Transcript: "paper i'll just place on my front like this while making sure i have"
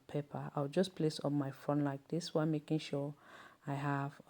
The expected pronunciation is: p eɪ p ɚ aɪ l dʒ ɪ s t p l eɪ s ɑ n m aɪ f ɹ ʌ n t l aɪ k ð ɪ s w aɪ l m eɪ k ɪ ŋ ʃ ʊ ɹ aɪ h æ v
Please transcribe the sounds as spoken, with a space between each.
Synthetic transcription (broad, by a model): p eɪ p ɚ aɪ w dʒ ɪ s p l eɪ s ɑ n m aɪ f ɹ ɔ n l aɪ k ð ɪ s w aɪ m eɪ k ɪ ŋ ʃ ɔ aɪ h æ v